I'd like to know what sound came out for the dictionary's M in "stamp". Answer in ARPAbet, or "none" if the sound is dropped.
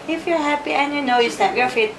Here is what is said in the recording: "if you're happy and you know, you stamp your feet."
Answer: none